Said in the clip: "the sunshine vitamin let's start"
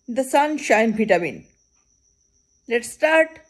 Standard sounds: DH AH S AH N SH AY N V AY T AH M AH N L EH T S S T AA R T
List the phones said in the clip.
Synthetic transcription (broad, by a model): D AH S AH N SH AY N P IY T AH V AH N L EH T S S T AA R T